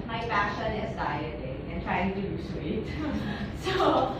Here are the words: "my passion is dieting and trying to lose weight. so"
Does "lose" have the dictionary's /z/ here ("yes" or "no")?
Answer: no